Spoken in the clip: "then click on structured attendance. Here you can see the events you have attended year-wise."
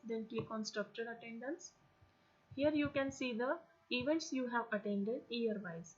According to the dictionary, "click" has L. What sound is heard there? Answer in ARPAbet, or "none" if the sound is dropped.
none